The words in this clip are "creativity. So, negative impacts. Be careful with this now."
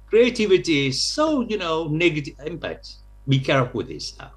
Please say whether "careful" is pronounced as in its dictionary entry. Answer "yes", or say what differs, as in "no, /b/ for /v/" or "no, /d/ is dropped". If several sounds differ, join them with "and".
no, /f/ is dropped